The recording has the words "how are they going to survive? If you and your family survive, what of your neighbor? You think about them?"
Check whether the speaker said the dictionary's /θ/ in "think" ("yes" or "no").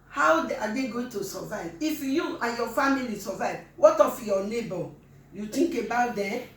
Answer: no